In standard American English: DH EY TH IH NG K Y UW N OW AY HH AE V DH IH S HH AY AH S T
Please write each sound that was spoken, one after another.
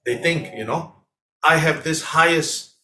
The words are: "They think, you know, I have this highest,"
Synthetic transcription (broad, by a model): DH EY TH IH NG K Y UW N OW AY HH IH V DH IH S HH AY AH S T